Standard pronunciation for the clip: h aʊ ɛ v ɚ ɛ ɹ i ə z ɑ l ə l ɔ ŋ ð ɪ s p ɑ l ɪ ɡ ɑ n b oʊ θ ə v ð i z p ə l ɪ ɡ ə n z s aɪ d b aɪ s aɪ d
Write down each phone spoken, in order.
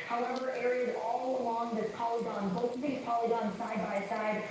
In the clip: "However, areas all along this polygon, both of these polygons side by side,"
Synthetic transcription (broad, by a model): h aʊ ɛ v ɚ ɛ ɹ i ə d ɑ l ə l ɔ ŋ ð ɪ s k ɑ l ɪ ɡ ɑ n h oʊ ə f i p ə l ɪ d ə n s aɪ d b aɪ s aɪ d